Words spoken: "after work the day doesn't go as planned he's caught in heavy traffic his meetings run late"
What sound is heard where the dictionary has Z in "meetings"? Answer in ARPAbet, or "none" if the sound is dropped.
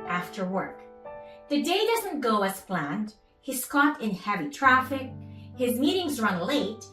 Z